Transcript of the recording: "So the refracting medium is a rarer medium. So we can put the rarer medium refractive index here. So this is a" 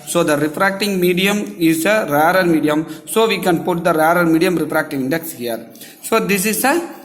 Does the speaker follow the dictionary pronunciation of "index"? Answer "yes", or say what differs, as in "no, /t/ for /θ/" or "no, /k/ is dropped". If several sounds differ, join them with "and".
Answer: yes